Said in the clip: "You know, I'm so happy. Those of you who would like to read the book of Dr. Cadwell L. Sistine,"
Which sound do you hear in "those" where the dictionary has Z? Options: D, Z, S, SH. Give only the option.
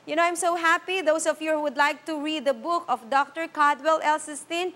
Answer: S